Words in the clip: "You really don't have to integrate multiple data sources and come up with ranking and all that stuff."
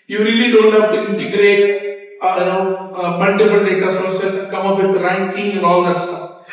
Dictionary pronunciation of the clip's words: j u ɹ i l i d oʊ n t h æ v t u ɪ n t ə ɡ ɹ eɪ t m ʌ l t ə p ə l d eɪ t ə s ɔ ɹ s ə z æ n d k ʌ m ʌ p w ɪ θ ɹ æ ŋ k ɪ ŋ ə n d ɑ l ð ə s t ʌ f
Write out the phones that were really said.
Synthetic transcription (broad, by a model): j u ɹ i l i d oʊ n t h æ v t u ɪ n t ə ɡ ɹ eɪ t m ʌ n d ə b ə n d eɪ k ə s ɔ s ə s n k ʌ m ʌ p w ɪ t ɹ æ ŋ k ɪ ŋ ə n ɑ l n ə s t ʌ